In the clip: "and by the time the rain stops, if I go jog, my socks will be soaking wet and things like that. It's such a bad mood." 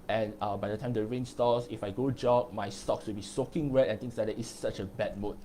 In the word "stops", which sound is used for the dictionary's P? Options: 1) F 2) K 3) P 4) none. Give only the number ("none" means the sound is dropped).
4